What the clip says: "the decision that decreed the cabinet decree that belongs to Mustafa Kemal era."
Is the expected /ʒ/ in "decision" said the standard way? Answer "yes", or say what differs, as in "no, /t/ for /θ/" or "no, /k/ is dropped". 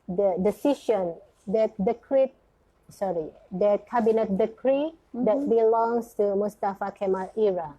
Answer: no, /ʃ/ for /ʒ/